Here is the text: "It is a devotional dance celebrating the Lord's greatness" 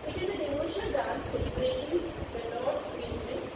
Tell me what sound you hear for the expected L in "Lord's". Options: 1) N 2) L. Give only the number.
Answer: 1